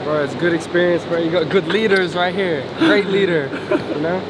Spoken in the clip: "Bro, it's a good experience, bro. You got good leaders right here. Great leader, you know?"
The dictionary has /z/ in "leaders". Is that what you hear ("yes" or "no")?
yes